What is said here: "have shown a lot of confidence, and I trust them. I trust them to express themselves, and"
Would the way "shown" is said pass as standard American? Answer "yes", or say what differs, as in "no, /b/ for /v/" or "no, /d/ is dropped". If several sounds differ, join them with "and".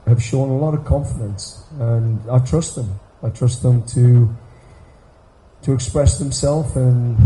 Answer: yes